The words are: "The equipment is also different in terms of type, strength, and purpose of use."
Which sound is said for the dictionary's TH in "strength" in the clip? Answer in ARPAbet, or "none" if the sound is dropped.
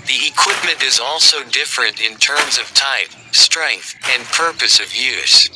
TH